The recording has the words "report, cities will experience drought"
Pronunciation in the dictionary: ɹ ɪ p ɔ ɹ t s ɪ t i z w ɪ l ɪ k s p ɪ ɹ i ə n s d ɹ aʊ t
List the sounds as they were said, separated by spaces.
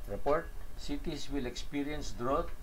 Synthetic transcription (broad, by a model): ɹ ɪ p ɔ ɹ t s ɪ t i s w ɪ l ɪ k s p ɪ ɹ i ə n s d ɹ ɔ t